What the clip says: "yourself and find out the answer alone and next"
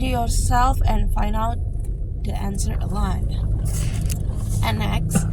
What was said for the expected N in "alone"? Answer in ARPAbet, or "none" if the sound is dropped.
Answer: none